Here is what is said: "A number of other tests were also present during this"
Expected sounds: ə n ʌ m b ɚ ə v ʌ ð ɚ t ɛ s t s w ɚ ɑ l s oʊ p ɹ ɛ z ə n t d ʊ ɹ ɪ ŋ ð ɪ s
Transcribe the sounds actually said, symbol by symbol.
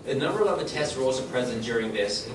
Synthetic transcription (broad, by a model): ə n ʌ m b ɚ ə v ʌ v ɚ t ɛ s t s w ɚ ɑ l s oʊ p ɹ ɛ z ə n d ʊ ɹ ɪ ŋ ð ɪ s